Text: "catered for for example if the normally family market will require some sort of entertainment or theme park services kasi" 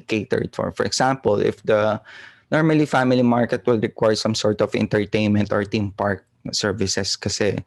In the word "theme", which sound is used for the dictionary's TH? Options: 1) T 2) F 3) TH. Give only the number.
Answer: 1